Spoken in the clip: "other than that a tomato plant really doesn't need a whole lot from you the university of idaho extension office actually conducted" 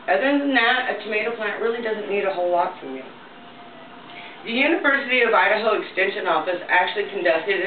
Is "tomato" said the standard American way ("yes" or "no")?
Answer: yes